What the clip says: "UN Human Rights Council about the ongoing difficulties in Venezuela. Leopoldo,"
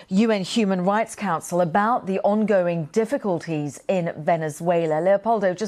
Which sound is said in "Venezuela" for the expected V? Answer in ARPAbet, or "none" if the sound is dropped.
V